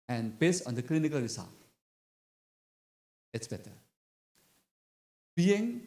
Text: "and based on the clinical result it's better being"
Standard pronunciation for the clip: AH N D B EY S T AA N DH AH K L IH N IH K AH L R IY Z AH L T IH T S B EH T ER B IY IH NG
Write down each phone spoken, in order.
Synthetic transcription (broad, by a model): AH N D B EY S AA N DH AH K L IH N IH K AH L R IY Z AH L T IH T S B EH T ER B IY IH NG